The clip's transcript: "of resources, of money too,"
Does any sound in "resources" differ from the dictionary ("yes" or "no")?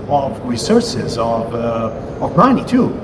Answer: no